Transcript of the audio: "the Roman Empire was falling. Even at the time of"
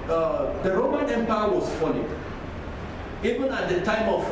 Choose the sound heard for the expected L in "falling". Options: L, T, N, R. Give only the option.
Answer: N